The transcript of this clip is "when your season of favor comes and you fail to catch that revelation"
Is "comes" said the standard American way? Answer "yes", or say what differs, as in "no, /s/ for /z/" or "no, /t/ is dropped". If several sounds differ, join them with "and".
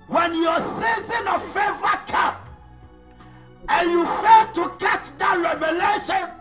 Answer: no, /z/ is dropped